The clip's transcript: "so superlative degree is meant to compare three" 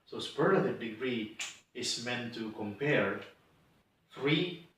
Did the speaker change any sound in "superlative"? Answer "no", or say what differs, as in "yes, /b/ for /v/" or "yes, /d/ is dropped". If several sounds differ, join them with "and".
yes, /l/ is dropped